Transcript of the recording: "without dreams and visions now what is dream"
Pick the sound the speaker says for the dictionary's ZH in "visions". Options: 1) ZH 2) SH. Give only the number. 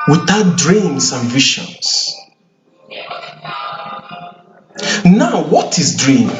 2